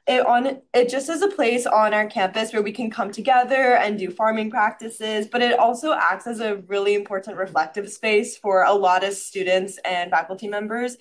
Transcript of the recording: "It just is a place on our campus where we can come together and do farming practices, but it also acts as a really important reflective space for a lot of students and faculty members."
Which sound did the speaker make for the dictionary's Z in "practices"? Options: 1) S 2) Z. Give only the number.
2